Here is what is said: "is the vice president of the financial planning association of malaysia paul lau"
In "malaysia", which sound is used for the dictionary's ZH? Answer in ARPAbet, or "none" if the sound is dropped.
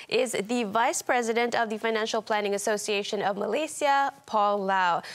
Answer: S